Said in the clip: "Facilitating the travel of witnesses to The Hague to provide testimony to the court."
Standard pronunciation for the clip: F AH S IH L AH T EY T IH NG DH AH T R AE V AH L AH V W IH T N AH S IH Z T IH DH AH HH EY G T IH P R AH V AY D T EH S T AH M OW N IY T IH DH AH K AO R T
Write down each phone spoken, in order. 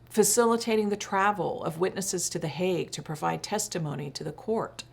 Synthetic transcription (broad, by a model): F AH S IH L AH T EY T IH NG DH AH T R AE V L AH V W IH T N AH S IH Z T IH DH AH HH EY G T IH P R AH V AY D T EH S T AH M OW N IY T IH DH AH K AO R T